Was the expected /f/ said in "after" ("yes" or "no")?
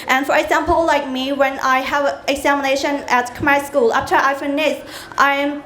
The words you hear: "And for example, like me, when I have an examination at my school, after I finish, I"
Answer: no